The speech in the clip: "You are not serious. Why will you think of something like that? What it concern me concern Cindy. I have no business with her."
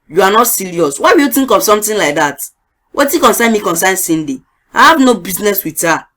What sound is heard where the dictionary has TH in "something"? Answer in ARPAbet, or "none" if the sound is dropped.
T